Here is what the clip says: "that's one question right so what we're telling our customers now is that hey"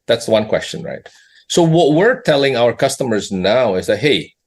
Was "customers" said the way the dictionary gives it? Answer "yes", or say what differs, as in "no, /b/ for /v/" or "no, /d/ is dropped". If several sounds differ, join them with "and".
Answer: yes